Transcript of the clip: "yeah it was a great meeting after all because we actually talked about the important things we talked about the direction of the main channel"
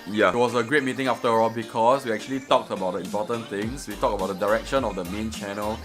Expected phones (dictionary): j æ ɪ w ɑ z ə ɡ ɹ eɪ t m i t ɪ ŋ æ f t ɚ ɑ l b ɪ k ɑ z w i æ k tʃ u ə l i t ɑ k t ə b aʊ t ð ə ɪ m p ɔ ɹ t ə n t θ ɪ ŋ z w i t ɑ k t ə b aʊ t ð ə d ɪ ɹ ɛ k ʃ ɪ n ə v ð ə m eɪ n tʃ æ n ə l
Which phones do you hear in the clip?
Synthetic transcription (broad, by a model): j ɪ w ɑ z ə ɡ ɹ eɪ t m i t ɪ ŋ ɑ f t ɚ ɑ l b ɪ k ɑ s w i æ k tʃ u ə l i t ɑ k t ə b aʊ t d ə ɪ m p ɔ t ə n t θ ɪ ŋ s w i t ɑ k ə b aʊ t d ə d ɪ ɹ ɛ k ʃ ɪ n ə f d ə m eɪ n tʃ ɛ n ə l